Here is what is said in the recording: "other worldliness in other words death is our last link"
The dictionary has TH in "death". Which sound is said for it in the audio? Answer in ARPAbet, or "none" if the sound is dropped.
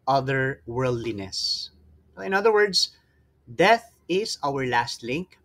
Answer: TH